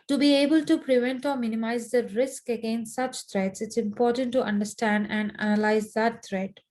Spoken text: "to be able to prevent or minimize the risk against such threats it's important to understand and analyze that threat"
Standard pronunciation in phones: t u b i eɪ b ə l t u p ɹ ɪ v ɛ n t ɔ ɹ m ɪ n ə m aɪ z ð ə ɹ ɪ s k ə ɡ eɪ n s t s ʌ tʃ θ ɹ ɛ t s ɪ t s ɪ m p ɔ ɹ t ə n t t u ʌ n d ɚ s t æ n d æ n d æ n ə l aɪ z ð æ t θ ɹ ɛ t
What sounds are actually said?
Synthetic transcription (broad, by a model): t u b i eɪ b ə l t u p ɹ ɪ v ɛ n t ɔ ɹ m ɪ n ə m aɪ z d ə ɹ ɪ s k ə ɡ eɪ n s t s ʌ tʃ t ɹ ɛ t s ɪ t s ɪ m p ɔ ɹ t ə n t t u ʌ n d ɚ s t æ n d æ n d æ n ə l aɪ z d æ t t ɹ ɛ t